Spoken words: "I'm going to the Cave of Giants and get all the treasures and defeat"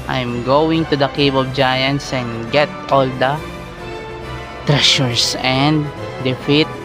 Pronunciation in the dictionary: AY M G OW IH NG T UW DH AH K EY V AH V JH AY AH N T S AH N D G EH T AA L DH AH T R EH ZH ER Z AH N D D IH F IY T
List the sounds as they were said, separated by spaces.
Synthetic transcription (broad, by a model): AY M G OW IH NG T UW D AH K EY B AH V JH AY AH N S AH N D G EH T AA L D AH T R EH SH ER S AH N D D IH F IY T